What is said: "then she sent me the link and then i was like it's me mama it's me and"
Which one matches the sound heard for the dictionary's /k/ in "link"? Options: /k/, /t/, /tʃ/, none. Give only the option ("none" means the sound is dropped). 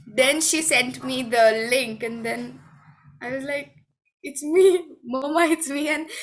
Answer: /k/